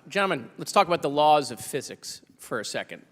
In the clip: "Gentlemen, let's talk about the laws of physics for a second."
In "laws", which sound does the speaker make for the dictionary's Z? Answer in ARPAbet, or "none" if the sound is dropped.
Z